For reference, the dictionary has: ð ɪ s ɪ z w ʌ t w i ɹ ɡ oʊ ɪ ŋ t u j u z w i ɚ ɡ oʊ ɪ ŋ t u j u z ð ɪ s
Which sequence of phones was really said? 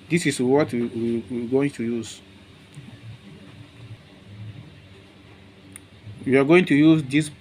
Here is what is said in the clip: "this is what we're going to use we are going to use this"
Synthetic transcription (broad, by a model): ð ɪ s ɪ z w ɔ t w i w ɡ oʊ ɪ ŋ t u j u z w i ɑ ɡ oʊ ɪ ŋ t u j u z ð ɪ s